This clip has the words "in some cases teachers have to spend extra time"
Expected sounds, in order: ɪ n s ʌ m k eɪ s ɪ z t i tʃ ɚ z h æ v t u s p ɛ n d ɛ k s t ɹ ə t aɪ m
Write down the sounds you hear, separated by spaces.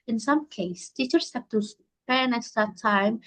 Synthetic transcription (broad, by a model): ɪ n s ʌ m k eɪ ɪ s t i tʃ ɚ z h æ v t u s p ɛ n ɛ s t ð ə t aɪ m